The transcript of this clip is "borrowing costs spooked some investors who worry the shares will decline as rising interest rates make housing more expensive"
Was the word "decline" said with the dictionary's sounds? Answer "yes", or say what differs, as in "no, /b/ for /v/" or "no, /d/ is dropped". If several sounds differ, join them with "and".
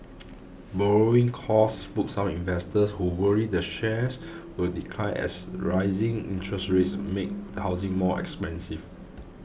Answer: no, /n/ is dropped